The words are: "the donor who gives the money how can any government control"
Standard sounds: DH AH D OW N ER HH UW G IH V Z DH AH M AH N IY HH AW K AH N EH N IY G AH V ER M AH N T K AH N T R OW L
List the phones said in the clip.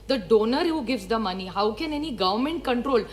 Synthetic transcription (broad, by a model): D AH D OW N ER HH UW G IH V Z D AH M AH N IY HH AW K AH N EH N IY G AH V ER M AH N T K AH N T R OW L